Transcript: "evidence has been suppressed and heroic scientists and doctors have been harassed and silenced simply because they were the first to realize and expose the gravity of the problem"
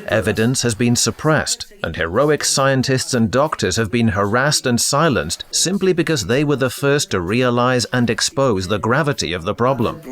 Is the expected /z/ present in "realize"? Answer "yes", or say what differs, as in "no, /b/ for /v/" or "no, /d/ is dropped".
yes